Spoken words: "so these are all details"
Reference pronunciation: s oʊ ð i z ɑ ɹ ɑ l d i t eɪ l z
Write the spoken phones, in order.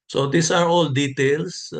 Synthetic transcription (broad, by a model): s oʊ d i s ɑ ɹ ɑ l d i t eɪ l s